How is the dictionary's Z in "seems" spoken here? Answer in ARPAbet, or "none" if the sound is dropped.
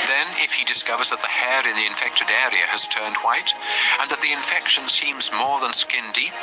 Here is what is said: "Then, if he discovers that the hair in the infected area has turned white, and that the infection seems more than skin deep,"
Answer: Z